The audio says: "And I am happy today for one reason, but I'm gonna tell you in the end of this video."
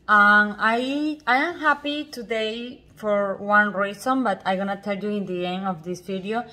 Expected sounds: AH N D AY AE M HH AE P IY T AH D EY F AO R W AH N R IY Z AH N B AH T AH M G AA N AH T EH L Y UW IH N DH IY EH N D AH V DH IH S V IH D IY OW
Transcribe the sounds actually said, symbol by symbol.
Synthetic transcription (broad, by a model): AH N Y AY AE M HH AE P IY T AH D EY F AO R W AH N R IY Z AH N B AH T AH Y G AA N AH T EH L Y UW IH N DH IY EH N AH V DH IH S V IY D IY OW